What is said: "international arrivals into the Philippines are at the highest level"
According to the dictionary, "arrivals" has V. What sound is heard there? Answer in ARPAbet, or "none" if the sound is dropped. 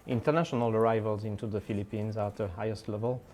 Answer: V